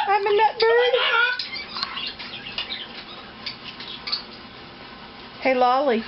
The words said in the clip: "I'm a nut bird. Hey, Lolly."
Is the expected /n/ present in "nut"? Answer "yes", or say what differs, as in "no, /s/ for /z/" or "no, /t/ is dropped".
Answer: yes